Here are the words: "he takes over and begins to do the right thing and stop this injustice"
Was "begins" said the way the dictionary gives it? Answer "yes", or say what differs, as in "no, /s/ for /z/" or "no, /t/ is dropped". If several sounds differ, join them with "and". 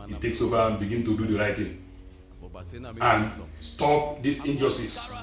no, /z/ is dropped